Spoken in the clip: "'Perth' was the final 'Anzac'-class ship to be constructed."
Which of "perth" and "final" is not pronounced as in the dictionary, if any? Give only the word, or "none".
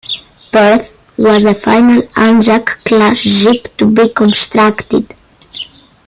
perth